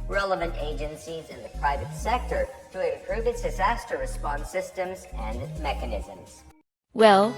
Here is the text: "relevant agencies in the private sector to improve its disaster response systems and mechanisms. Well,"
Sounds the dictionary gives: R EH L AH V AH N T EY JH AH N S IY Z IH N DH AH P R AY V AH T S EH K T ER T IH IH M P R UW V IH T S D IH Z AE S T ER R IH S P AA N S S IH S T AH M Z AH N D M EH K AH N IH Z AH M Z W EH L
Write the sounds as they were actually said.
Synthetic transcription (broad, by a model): R EH L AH V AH N T EY JH AH N S IY Z IH N DH AH P R AY V AH T S EH K T ER T IH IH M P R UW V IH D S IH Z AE S T ER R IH S P AA N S S IH S T AH M Z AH N M EH K AH N IH Z AH M Z W EH L